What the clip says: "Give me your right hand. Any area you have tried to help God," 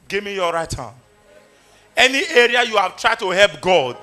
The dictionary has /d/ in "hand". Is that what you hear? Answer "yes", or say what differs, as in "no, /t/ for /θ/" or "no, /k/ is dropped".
no, /d/ is dropped